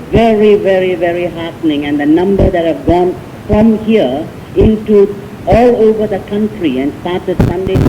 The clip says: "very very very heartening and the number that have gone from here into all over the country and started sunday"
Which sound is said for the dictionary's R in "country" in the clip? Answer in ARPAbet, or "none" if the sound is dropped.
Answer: R